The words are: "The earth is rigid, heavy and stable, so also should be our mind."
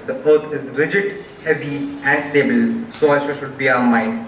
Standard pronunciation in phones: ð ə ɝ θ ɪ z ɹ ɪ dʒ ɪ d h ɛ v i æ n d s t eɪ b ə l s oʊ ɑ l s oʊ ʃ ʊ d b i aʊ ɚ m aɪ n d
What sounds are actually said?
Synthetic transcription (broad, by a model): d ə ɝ t ɪ z ɹ ɪ dʒ ɪ d h ɛ v i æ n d s t eɪ b ə l s oʊ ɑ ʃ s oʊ ʃ ʊ d b i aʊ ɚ m aɪ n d